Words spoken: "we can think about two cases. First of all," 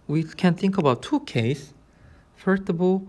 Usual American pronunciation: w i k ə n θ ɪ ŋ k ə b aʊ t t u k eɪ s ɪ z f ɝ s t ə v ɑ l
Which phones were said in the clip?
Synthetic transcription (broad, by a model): w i k ə n θ ɪ ŋ k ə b aʊ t t u k eɪ ɪ s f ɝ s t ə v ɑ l